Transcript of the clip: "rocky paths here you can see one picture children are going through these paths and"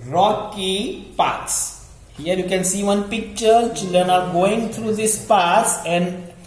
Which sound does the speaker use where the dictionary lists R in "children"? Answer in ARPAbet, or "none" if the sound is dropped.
R